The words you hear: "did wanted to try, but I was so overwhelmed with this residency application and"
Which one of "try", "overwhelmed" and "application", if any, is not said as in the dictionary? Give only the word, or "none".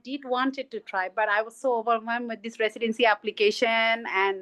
overwhelmed